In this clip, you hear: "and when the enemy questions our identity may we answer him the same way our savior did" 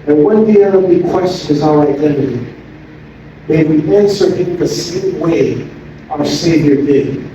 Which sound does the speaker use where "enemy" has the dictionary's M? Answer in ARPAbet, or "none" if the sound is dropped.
none